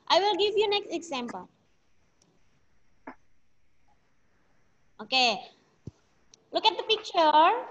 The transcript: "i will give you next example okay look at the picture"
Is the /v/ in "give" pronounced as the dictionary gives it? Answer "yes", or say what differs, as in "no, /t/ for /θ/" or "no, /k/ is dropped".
yes